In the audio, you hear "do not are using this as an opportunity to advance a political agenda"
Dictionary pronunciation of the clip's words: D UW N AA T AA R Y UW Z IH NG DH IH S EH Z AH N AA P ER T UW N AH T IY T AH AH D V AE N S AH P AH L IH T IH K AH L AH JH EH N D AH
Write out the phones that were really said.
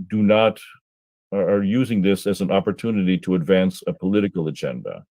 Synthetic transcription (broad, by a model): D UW N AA T R Y UW Z IH NG DH IH S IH Z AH N AA P ER T UW N AH T IY T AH AH D V AE N S AH P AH L IH T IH K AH L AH JH EH N D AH